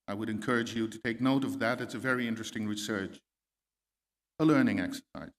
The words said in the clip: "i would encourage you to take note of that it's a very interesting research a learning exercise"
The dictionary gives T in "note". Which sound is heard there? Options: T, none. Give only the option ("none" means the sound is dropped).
T